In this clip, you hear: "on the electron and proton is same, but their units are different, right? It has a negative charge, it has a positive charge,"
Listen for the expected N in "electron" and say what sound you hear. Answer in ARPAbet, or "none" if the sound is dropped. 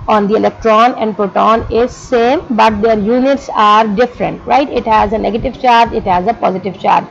N